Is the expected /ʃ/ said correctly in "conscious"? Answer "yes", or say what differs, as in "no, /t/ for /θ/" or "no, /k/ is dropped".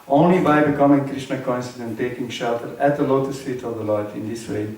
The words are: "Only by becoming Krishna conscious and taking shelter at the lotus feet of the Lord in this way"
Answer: no, /s/ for /ʃ/